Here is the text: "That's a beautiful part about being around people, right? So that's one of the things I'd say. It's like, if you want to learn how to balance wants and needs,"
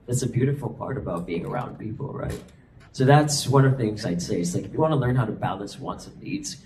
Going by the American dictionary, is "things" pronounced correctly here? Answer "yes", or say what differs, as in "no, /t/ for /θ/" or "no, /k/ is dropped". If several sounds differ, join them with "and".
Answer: yes